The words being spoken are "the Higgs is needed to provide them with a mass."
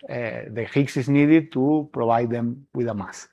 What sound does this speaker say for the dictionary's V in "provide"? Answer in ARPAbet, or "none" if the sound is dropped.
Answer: B